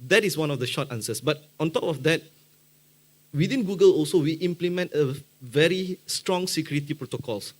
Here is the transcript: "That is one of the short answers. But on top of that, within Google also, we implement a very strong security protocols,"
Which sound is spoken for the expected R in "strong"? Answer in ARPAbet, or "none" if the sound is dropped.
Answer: R